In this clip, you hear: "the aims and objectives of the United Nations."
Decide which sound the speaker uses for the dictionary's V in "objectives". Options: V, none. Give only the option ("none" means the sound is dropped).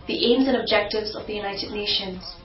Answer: V